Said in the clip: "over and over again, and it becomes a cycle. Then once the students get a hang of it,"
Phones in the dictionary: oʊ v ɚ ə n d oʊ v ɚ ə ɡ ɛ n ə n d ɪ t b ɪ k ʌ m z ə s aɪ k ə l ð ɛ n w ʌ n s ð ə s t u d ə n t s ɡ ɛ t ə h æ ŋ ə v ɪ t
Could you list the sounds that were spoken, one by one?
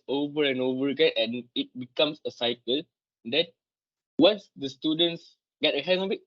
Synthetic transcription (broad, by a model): oʊ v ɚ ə n oʊ v ɚ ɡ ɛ ə n ɪ t b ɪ k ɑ m s ə s aɪ k ə l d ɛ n w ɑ n s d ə s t u d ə n t s ɡ ɛ t ə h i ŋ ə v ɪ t